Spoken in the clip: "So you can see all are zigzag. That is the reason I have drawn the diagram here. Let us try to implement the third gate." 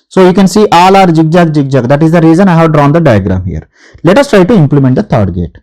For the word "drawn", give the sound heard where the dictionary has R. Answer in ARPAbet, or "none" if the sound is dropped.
R